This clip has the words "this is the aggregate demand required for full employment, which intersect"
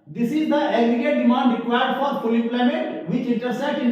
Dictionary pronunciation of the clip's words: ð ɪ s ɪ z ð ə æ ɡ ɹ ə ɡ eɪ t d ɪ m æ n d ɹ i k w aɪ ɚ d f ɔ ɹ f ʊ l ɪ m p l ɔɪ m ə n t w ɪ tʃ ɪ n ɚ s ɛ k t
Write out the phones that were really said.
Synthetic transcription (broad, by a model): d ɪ s ɪ z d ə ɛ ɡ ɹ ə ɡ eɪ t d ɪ m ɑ n d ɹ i k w aɪ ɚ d f ɔ ɹ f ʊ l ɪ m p l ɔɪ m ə t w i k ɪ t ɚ s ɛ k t